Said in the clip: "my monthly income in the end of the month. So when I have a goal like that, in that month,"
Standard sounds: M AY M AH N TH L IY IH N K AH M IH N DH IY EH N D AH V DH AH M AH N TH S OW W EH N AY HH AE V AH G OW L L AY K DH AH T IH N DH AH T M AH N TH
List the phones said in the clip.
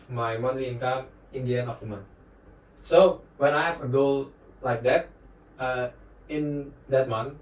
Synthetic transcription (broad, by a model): M AY M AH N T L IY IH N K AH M IH N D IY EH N AH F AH M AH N S OW W EH N AY HH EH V AH G OW L L AY K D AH T IH N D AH T M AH N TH